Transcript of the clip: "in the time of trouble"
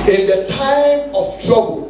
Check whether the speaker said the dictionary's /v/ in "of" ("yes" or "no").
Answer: no